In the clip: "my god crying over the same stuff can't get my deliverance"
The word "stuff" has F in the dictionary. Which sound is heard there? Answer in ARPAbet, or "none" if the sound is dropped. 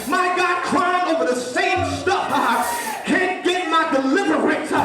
P